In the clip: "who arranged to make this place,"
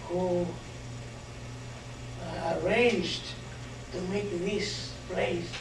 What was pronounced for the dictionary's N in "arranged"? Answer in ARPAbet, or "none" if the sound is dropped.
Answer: N